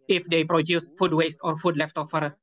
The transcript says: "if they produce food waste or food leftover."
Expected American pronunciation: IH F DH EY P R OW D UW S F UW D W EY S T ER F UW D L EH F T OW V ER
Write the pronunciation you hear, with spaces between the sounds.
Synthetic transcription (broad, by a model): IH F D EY P R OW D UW S F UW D W EY S T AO F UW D L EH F T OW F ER